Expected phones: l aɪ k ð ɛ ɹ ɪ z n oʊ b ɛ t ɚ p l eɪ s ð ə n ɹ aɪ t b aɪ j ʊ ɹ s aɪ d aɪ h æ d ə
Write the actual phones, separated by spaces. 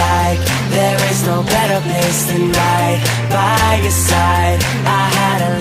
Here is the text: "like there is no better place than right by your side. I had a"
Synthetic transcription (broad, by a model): aɪ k ð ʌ ɹ ɪ z n oʊ b ɛ t ɚ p eɪ s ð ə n l aɪ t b aɪ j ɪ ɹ s aɪ d aɪ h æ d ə